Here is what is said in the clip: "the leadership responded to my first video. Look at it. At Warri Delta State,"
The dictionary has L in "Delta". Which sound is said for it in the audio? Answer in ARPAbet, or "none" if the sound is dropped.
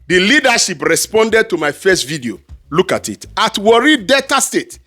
none